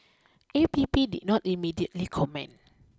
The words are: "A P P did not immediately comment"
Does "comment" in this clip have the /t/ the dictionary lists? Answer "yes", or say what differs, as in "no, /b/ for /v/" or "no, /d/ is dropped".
no, /t/ is dropped